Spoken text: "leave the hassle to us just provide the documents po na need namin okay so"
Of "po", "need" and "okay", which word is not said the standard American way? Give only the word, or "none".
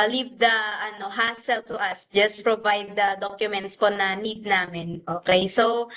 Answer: none